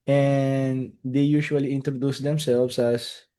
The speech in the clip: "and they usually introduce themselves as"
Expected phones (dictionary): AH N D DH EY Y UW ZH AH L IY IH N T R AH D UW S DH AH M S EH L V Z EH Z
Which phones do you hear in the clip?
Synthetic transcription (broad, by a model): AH N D EY Y UW SH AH L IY IH N T R AH D UW S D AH M S EH L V S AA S